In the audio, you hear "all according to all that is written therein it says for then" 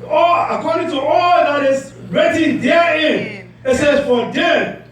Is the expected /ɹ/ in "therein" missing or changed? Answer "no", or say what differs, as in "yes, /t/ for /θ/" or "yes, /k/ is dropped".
yes, /ɹ/ is dropped